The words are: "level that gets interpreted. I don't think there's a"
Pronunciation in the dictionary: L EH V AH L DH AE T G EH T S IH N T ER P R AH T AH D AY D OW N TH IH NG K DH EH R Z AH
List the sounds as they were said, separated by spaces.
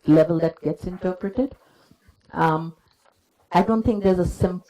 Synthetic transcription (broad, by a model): L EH V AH L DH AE T G EH T S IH N T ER P R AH T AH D AY D OW N T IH NG K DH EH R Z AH